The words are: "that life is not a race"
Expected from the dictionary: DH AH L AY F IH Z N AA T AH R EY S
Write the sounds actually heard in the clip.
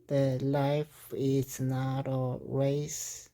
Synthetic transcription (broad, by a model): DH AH L AY F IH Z N AA T AH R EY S